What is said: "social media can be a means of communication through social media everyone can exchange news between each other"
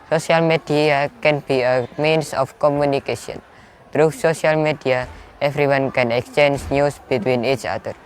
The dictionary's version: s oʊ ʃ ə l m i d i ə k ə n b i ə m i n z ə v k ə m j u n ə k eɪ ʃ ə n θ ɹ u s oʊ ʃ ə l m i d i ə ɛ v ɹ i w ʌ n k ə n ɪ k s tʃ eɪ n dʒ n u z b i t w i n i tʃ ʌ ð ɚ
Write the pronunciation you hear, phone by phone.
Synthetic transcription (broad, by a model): s oʊ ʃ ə l m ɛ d i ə k ə n b i ə m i n s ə f k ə m j u n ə k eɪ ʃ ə n t ɹ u s oʊ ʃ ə l m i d i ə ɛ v ɹ i w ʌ n k ə n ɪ k s tʃ eɪ n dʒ n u s b i t w i n i tʃ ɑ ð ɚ